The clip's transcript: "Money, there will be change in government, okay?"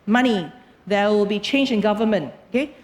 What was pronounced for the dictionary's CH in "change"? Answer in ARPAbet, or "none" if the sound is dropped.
CH